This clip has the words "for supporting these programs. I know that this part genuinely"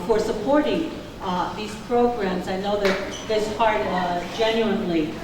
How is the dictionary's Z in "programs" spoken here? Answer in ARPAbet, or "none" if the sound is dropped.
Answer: Z